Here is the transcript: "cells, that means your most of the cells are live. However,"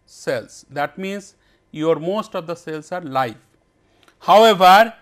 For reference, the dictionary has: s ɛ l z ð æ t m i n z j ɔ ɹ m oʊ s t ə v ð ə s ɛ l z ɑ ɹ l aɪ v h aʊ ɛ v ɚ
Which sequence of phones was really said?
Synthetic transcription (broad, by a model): s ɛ l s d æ t m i n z j ɔ ɹ m oʊ s t ə v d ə s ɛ l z ɑ ɹ l aɪ f h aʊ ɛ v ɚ